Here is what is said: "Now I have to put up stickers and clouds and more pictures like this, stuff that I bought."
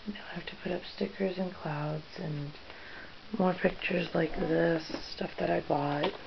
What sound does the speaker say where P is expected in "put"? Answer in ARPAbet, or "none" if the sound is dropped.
P